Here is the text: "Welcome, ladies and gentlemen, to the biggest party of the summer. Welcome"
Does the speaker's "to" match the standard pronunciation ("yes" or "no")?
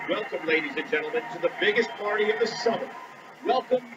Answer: yes